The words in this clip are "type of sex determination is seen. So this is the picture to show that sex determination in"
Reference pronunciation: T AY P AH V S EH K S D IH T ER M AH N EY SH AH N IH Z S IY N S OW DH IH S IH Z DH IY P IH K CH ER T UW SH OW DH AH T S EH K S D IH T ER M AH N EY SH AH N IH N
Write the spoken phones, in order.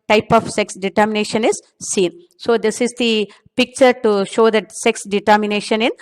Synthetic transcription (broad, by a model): T AY P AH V S EH K S D IH T ER M AH N EY SH AH N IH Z S IY N S OW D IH S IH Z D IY P IH K CH ER T UW SH OW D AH T S EH K S D IH T ER M AH N EY SH AH N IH N